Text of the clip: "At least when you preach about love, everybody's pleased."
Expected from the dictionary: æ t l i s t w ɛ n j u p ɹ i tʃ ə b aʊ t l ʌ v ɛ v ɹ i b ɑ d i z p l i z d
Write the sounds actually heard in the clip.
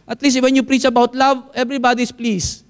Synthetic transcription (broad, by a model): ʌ t l i s t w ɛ n j u p ɹ i tʃ ə b aʊ t l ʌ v ɛ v ɹ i b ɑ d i s p l i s